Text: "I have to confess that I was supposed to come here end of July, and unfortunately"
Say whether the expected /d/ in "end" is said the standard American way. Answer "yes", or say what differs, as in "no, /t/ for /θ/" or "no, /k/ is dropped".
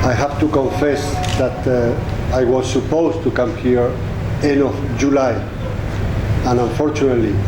no, /d/ is dropped